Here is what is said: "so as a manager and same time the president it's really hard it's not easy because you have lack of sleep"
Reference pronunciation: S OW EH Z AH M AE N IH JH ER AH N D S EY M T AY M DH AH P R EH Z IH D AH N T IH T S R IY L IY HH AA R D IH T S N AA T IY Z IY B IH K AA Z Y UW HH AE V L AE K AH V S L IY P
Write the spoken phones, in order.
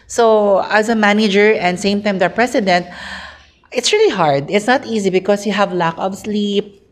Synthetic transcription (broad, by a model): S OW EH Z AH M AE N IH JH ER AH N D S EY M T AY M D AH P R EH S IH D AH N T IH T S R IY L IY HH AA R D IH T S N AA T IY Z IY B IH K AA S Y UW HH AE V L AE K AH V S L IY P